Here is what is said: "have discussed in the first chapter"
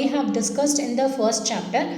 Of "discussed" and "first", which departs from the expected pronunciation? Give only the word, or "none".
none